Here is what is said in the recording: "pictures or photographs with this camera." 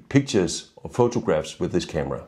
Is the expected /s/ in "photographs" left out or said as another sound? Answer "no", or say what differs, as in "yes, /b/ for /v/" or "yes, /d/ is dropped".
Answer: no